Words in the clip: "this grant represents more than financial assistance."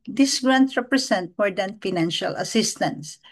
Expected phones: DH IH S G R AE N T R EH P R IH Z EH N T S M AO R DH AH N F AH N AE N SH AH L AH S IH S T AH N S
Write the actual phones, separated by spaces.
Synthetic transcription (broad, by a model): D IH S G R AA N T R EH P R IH S EH N T M AO R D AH N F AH N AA N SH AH L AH S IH S T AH N S